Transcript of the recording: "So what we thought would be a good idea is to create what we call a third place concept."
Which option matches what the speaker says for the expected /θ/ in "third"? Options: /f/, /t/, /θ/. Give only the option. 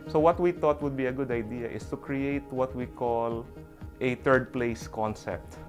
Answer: /t/